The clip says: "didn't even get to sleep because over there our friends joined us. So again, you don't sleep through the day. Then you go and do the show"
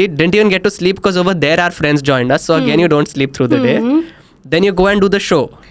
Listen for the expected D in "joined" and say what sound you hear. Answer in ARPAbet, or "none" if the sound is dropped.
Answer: D